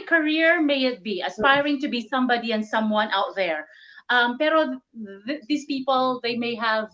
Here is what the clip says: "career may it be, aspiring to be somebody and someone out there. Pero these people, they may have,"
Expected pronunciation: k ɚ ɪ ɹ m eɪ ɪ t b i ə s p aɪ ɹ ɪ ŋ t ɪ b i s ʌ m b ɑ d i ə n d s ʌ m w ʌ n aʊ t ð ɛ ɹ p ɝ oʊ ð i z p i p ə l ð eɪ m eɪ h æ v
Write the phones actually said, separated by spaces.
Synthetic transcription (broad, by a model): k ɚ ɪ ɹ m eɪ ɪ t b i ə s p aɪ ɹ ɪ ŋ t ɪ b i s ʌ m b ɑ d i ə n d s ʌ m w ʌ n aʊ t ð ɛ ɹ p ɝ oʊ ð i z p i p ə l ð eɪ m eɪ h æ v